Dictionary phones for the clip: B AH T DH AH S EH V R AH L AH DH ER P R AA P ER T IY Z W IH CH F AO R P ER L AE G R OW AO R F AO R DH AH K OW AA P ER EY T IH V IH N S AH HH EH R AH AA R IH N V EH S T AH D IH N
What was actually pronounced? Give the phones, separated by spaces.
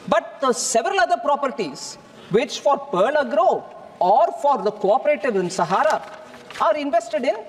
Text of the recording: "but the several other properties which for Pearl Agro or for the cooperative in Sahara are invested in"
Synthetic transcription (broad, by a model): B AH T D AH S EH V R AH L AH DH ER P R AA P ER T IY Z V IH CH F AO R P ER L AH G R OW AO R F AO R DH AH K OW AA P ER EY T IH V IH N S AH HH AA R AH AA R IH N V EH S T AH D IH N